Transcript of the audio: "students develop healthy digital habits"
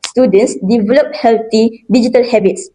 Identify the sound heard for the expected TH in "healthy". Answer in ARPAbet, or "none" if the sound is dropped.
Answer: T